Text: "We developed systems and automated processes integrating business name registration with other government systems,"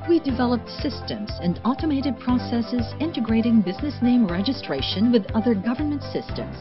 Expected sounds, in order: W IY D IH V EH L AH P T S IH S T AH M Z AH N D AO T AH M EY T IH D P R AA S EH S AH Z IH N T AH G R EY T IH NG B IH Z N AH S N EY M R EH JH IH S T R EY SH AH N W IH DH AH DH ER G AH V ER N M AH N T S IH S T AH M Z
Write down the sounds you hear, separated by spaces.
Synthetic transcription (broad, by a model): W IY D IH V EH L AH P T S IH S T AH M Z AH N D AO T AH M EY T IH D P R AA S EH S AH Z IH N T AH G R EY T IH NG B IH Z N AH S N EY M R EH JH IH S T R EY SH AH N W IH DH AH DH ER G AH V ER N M AH N T S IH S T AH M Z